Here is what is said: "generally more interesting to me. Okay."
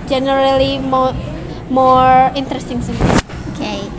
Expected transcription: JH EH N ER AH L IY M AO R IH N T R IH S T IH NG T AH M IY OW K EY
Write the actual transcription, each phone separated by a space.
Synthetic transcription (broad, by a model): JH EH N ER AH L IY M AO R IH N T R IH S T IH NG S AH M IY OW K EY